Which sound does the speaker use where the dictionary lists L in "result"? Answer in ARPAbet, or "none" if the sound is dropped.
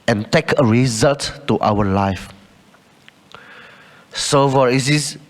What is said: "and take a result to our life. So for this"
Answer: L